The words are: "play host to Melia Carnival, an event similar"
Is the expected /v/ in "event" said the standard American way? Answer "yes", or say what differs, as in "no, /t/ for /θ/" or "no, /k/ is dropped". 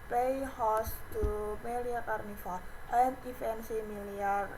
no, /f/ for /v/